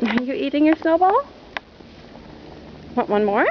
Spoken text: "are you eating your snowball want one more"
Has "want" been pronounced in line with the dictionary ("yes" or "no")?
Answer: no